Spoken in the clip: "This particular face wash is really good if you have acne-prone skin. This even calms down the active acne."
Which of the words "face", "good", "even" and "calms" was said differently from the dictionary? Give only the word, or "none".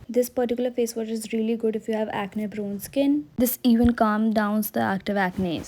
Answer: calms